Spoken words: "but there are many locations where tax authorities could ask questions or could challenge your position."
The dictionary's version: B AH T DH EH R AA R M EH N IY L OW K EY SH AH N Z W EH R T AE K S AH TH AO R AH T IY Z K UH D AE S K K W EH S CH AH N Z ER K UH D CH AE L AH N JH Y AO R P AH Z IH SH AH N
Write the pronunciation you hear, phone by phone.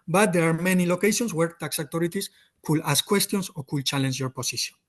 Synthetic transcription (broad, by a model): B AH T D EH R AA R M EH N IY L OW K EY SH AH N S W EH R T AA K S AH T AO R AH T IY S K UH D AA S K K W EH S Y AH N S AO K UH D CH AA L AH N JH Y AO R P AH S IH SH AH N